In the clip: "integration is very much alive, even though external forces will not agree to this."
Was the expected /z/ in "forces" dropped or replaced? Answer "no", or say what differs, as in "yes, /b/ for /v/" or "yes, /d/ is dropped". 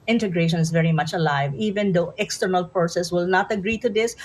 yes, /s/ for /z/